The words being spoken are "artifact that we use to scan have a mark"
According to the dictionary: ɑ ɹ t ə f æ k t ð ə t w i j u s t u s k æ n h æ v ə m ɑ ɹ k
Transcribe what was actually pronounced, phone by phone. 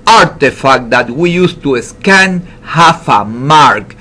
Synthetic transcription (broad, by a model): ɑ ɹ t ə f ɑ k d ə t w i j u s t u s k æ n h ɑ f ə m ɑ ɹ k